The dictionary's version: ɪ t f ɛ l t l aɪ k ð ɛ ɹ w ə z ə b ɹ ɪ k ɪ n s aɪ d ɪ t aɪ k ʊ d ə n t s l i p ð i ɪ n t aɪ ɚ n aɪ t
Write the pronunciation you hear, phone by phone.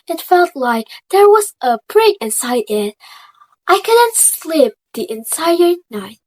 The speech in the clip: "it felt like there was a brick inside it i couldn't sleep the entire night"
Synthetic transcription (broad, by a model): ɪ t f ɛ l t l aɪ k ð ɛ ɹ w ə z ə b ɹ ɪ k ɪ n s aɪ d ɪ t aɪ k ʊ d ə n t s l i p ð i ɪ n s aɪ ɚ n aɪ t